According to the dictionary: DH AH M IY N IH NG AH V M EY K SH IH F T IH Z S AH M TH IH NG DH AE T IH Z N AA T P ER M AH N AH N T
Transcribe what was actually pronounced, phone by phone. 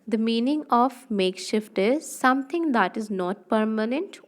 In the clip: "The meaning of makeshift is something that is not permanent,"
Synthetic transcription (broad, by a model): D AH M IY N IH NG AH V M EY K SH IH F T IH Z S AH M T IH NG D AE T IH Z N AA T P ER M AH N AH N T